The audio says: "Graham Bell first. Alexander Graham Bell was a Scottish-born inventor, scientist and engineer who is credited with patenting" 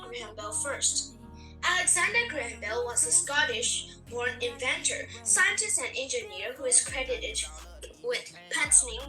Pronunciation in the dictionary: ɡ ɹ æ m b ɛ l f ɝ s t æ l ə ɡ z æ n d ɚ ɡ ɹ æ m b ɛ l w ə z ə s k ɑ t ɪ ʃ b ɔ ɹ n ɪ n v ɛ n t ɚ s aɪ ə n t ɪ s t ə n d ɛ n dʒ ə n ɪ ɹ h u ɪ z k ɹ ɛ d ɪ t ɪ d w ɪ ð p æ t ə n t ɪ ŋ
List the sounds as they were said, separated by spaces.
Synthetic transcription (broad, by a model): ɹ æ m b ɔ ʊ f ɝ s t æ l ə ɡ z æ n d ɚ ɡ ɹ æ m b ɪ l w ə z ə s k ɑ t ɪ ʃ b ɔ ɹ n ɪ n v ɛ n t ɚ s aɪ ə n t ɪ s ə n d ɛ n dʒ ə n ɪ ɹ h u ɪ z k ɹ ɛ d ɪ t ɪ d w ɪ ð p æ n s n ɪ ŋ